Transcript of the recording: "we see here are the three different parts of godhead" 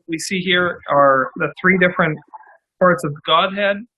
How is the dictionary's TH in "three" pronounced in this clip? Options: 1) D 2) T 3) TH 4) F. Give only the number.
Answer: 3